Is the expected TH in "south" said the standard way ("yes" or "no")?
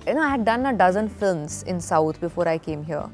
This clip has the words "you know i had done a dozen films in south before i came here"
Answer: no